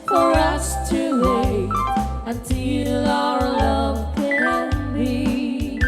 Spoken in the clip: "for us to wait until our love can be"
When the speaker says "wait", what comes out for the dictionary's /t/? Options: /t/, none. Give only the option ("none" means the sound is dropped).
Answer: none